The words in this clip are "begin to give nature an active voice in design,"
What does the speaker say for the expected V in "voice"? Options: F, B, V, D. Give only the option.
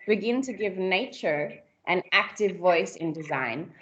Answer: V